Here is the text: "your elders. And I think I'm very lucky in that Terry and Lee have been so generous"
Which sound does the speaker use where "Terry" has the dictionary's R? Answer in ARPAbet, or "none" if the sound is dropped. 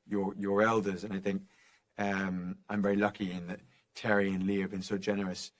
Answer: R